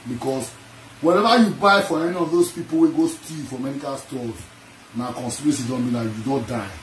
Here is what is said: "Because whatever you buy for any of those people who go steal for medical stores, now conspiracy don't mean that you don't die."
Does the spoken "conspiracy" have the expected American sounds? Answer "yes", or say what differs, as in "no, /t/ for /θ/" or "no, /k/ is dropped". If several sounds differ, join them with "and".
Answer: no, /p/ is dropped